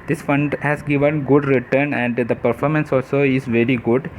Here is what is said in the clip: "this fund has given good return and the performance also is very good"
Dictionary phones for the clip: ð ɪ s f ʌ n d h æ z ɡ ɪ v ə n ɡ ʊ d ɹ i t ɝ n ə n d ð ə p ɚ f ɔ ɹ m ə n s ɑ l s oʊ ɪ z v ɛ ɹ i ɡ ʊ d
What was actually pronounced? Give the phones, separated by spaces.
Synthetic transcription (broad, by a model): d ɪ s f ʌ n d h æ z ɡ ɪ v ə n ɡ ʊ d ɹ i t ɝ n ə n d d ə p ɚ f ɔ ɹ m ə n s ɑ l s oʊ ɪ z v ɛ ɹ i ɡ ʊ d